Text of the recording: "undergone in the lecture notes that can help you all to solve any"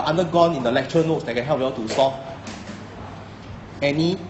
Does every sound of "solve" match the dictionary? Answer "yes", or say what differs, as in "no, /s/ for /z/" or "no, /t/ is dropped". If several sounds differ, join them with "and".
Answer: no, /l/ is dropped